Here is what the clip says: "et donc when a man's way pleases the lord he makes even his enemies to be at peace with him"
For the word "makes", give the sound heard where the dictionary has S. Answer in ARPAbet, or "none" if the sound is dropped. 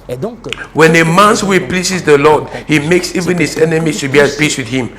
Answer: S